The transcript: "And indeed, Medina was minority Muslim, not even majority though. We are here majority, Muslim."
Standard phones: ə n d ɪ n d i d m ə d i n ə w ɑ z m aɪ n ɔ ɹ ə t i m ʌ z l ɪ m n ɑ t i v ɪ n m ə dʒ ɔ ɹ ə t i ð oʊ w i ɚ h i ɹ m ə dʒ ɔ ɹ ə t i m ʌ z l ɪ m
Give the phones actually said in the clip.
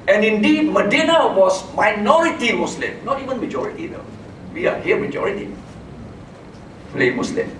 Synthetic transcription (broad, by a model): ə n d ɪ n d i d m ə d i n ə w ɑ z m aɪ n ɔ ɹ ə t i m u s l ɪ m n ɑ t i v ɪ n m ə dʒ ɔ ɹ ə t i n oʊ w i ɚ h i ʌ m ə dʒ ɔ ɹ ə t i m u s l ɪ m